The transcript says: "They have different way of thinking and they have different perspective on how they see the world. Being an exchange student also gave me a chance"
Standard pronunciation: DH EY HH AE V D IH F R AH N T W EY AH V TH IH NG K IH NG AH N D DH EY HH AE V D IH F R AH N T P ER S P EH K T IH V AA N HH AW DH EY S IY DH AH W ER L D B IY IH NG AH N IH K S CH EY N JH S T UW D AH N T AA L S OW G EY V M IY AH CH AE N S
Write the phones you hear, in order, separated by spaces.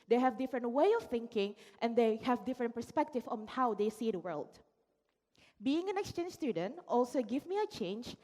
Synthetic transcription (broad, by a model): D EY HH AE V D IH F R AH N T W EY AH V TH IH NG K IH NG AH N D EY HH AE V D IH F R AH N T P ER S P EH K T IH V AA N HH AW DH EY S IY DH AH W ER L D B IY IH NG AH N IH K S CH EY N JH S T UW D AH N T AA L S OW G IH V M IY AH CH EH N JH